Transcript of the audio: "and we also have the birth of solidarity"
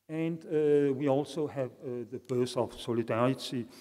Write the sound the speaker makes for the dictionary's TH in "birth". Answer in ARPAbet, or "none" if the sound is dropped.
S